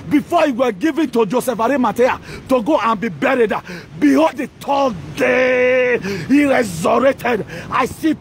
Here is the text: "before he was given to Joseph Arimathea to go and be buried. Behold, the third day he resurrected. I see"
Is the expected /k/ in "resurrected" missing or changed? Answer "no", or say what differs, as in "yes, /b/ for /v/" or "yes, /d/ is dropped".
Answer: yes, /k/ is dropped